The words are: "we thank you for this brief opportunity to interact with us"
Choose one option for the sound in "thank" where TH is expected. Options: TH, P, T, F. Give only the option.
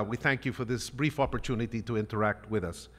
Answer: TH